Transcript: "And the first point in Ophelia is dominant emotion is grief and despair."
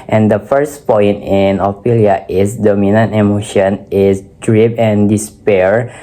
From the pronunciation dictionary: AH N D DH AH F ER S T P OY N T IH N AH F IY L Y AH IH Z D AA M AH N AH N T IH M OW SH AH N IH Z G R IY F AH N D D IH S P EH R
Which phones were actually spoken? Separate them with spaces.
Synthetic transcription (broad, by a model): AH N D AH F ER S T P OY N T IH N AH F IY L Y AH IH S D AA M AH N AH N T IH M OW SH AH N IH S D R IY P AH N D D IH S P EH R